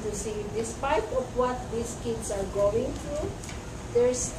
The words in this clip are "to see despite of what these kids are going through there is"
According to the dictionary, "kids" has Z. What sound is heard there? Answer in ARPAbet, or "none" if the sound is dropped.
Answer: S